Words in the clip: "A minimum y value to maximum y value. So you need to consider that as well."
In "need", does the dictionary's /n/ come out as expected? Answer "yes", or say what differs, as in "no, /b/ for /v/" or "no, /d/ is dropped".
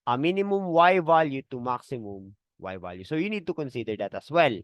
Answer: yes